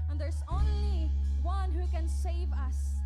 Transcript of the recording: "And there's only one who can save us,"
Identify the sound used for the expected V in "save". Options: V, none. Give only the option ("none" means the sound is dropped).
V